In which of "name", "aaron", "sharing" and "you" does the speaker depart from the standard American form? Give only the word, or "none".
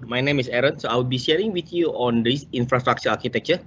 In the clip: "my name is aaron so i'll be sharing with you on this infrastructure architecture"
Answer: none